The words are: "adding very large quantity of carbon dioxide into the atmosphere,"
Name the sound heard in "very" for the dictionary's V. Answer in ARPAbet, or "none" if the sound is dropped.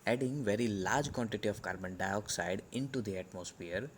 V